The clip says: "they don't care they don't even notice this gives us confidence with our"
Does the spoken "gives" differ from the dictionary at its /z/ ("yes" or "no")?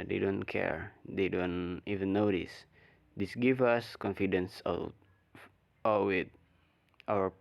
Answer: yes